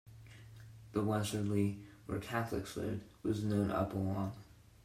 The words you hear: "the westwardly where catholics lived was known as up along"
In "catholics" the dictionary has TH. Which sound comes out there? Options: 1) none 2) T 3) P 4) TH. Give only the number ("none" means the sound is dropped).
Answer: 4